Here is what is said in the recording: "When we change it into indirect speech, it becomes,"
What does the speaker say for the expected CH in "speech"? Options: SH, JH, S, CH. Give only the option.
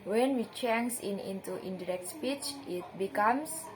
CH